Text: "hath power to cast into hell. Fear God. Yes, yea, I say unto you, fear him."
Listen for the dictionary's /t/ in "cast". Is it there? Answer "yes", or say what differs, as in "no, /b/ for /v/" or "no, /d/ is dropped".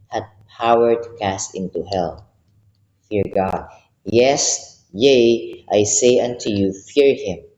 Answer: yes